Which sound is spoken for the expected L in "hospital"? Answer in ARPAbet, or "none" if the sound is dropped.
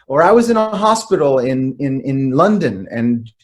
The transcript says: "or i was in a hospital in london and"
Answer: N